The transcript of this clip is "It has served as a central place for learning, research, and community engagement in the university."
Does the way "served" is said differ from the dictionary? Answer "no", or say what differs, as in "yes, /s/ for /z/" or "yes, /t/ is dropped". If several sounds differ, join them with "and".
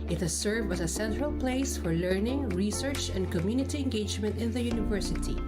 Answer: yes, /d/ is dropped